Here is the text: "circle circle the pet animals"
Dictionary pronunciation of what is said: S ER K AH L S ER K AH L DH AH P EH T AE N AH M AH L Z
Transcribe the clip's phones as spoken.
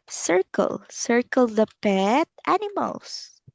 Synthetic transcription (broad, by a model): S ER K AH L S ER K AH L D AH P EH T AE N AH M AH L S